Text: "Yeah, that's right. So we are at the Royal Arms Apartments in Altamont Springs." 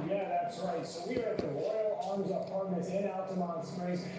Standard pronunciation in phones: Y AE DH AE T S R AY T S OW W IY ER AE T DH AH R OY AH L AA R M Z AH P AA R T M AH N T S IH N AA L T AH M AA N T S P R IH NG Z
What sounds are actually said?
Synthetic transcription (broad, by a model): Y AE DH AE T S R AY T S OW W IY ER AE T DH AH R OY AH L AA R M Z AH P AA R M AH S IH N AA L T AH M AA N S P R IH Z